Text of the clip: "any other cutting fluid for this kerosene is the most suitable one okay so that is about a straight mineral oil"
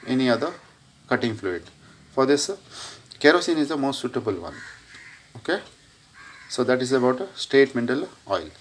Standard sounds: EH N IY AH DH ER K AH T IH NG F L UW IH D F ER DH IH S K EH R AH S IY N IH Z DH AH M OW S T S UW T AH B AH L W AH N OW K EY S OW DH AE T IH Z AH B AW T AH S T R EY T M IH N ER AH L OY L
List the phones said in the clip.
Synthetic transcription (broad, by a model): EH N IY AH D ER K AH T IH NG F L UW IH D F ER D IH S K EH R AH S IY N IH Z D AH M OW S T S UW T AH B AH L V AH N OW K EY S OW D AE T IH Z AH B AW T AH S T EY T M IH N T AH L OY L